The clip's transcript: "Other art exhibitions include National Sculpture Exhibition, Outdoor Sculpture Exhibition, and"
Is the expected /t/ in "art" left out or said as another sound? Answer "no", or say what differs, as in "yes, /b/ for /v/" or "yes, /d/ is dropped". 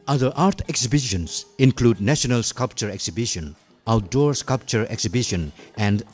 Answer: no